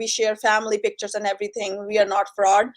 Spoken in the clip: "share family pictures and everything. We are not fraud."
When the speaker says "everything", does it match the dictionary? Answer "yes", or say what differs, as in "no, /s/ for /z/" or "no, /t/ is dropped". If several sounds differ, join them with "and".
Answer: no, /t/ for /θ/